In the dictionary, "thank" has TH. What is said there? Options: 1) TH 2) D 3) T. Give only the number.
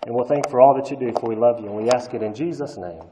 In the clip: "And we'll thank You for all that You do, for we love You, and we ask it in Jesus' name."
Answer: 1